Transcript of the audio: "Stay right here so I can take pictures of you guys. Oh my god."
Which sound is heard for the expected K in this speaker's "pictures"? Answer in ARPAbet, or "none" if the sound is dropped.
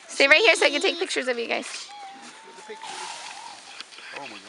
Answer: K